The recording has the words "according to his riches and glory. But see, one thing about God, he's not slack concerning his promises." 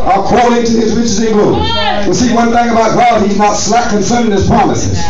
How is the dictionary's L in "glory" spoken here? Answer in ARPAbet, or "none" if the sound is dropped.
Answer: none